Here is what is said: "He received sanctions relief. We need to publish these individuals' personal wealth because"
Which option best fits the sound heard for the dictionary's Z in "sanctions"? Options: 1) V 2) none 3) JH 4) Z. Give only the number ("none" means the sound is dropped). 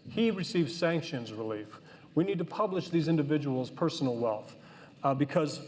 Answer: 4